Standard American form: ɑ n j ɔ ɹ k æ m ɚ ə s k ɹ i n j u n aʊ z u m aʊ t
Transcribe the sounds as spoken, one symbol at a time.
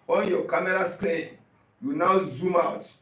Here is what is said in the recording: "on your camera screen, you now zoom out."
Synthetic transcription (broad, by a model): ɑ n j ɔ k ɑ m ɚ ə s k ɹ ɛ j u n aʊ z u m aʊ t